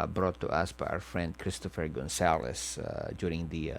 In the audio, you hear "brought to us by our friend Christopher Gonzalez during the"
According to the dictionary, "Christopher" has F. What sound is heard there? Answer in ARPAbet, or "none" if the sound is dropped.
F